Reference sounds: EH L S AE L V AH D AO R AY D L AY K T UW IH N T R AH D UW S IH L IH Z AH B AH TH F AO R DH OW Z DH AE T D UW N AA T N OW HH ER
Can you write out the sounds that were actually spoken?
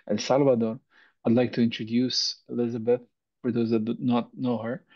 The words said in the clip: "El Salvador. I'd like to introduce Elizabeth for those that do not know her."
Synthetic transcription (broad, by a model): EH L S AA L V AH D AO R AY D L AY K T UW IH N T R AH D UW S IH L IH Z AH B AH TH F AO R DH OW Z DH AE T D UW N AA T N OW HH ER